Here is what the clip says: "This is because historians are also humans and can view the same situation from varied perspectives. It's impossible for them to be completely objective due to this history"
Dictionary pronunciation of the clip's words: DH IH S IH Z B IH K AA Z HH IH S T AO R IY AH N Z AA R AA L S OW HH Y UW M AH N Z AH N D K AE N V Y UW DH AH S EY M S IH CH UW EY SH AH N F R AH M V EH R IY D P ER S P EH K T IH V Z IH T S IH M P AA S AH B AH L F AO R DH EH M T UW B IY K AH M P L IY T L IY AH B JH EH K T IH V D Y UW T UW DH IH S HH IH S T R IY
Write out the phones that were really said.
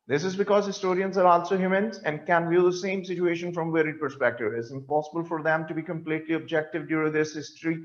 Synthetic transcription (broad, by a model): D IH S IH Z B IH K AA Z HH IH S T AO R IY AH N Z AA R AA L S OW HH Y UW M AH N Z AH N D K AE N V Y UW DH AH S EY M S IH CH UW EY SH AH N F R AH M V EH R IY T P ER S P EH K T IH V IH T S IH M P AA S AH B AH L F AO R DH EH M T UW B IY K AH M P L IY T L IY AH B JH EH K T IH V D Y UW T UW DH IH S HH IH S T R IY